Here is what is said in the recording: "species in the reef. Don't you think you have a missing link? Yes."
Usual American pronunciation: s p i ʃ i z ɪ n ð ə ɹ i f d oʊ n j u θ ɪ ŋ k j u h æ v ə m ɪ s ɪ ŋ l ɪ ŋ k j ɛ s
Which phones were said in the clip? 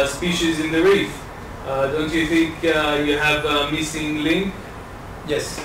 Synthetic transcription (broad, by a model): s p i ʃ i z ɪ n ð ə ɹ i f d oʊ n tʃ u θ ɪ ŋ k j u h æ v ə m ɪ s ɪ ŋ l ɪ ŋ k j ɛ s